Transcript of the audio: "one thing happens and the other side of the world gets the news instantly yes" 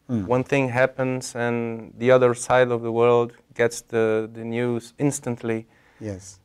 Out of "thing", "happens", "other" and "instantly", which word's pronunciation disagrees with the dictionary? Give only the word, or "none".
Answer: none